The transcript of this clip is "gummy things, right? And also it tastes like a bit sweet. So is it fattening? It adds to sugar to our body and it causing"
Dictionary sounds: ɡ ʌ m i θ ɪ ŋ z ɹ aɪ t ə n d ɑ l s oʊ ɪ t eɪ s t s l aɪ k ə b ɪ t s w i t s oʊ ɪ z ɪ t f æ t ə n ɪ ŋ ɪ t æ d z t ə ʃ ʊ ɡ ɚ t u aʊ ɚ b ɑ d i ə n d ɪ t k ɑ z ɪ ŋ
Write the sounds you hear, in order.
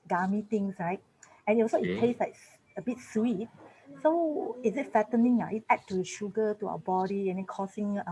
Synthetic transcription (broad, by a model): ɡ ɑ m i t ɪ ŋ s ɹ aɪ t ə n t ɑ s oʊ ɪ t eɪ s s l aɪ k ə b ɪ t s w i t s oʊ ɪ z ɪ t f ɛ t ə n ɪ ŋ ɪ t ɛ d t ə ʃ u ɡ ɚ t u aʊ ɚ b ɑ d i ə n d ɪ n k ɑ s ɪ ŋ